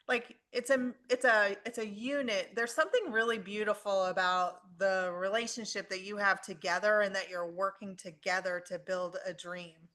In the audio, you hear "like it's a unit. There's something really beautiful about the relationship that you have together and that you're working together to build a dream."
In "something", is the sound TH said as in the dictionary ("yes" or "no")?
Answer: yes